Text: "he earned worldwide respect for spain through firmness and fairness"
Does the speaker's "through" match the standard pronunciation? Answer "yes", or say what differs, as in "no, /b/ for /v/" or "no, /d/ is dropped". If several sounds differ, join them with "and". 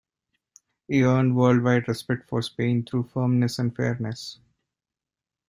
no, /t/ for /θ/